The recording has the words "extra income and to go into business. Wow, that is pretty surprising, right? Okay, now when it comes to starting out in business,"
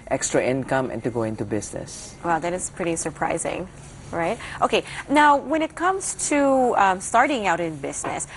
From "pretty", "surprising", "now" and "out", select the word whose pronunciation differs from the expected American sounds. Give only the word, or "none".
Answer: none